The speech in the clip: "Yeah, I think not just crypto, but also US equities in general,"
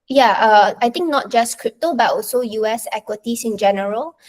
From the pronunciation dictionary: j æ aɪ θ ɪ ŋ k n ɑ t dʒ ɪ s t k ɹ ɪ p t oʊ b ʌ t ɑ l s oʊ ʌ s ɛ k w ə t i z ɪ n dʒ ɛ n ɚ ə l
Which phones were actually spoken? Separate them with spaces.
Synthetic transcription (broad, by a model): j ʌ aɪ t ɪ ŋ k n ɑ t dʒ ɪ s k ɹ ɪ p t oʊ b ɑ t ɑ l s oʊ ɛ s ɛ k w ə t i s ɪ n dʒ ɛ n ɚ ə l